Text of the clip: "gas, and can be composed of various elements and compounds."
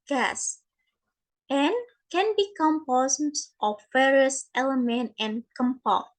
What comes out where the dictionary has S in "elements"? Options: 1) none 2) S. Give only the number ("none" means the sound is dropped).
1